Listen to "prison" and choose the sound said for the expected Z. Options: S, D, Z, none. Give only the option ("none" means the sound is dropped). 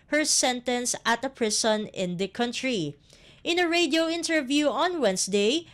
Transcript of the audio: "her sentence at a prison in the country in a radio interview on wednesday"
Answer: S